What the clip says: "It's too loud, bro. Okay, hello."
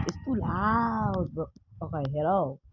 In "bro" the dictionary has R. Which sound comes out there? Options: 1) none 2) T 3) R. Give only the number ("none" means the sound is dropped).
1